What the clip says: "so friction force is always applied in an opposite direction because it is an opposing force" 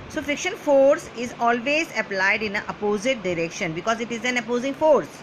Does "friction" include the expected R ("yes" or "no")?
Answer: no